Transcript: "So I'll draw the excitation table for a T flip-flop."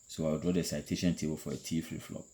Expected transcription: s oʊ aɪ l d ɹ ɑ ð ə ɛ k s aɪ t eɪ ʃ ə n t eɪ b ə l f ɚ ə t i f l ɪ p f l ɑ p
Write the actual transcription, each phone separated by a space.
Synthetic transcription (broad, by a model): s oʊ aɪ w d ɹ ɑ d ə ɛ s aɪ t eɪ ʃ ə n t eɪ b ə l f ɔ ə t i f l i f l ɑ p